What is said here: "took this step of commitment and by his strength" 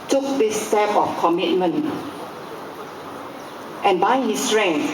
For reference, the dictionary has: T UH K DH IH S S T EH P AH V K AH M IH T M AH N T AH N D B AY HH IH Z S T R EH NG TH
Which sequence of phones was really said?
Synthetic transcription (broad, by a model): T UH K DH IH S S T EH P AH F K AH M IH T M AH N T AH N B AY HH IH S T R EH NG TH